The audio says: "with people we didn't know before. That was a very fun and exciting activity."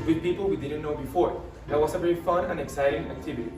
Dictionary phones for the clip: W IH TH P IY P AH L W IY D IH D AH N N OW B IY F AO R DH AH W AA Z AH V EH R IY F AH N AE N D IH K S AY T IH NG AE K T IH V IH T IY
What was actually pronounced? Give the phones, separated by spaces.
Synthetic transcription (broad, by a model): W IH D P IY P AH L W IY D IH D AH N N OW B IY F AO R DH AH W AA S AH V EH R IY F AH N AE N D IH K S AY T IH NG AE K T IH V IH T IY